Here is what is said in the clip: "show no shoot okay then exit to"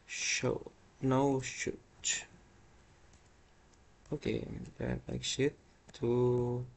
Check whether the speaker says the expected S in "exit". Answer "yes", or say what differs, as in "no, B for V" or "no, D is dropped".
no, SH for S